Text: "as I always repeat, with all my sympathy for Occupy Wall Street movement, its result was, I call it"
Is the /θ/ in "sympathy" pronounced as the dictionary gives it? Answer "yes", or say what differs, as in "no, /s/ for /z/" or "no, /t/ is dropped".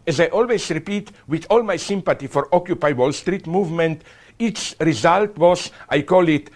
no, /t/ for /θ/